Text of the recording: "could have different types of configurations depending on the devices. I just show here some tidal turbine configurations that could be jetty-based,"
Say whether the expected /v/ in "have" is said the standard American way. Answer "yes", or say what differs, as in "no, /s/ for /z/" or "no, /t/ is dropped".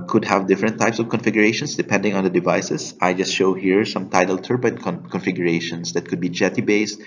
yes